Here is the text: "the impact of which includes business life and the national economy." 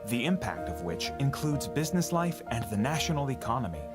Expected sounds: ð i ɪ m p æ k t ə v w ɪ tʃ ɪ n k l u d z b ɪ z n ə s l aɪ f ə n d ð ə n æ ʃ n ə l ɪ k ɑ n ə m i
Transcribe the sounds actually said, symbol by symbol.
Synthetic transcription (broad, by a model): ð i ɪ m p æ k t ə v w ɪ tʃ ɪ n k l u d z b ɪ z n ə s l aɪ f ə n ð ə n æ ʃ n l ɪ k ɑ n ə m i